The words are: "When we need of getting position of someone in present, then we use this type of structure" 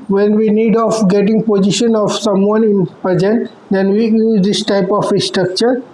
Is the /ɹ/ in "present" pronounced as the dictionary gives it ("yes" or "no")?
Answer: no